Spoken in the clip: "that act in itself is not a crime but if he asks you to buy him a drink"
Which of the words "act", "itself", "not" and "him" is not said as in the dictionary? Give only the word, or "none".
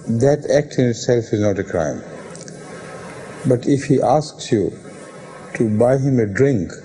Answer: none